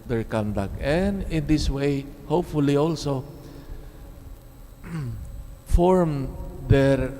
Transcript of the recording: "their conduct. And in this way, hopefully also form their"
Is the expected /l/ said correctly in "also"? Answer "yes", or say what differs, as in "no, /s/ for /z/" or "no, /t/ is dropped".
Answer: yes